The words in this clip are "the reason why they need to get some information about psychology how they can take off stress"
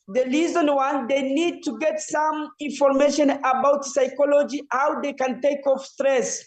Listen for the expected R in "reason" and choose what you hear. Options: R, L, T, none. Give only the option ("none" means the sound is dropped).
L